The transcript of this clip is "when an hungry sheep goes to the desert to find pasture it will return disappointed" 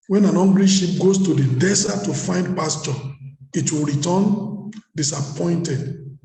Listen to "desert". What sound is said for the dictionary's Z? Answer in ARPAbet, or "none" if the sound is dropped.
S